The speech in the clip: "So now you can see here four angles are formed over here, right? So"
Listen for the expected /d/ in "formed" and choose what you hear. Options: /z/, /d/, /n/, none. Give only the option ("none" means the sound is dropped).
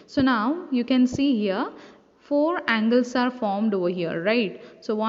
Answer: /d/